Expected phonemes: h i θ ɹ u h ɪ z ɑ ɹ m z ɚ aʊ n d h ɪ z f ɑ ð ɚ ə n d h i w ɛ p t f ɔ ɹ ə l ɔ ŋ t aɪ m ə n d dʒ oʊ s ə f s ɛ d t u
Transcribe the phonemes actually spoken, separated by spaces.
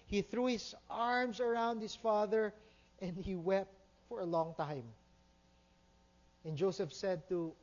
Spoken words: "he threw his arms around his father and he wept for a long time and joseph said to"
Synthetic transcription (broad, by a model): h i θ ɹ u h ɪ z ɑ ɹ m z ɚ aʊ n d h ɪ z f ɑ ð ɚ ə n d h i w ɛ p t f ɔ ɹ ə l ɔ ŋ t aɪ m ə n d dʒ oʊ s ə f s ɛ d t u